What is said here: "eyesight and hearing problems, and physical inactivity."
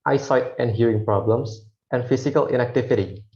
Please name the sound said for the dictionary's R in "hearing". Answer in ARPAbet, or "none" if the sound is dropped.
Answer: R